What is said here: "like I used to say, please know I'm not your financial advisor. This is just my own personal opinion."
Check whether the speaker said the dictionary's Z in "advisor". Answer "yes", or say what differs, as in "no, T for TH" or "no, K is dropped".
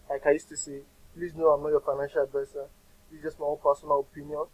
no, S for Z